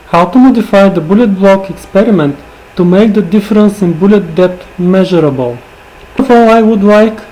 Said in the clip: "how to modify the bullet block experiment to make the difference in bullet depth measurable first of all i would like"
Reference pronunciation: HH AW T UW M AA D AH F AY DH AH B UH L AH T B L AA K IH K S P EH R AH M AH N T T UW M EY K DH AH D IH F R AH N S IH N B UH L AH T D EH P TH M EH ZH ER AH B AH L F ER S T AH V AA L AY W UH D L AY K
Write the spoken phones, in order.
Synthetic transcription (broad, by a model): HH AW T UW M AA D AH F AY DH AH B UH L AH T B L AA K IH K S P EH R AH M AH N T T UW M EY K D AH D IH F R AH N S IH N B UH L AH T D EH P T M EH ZH ER AH B AH L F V AA L AY W UH D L AY K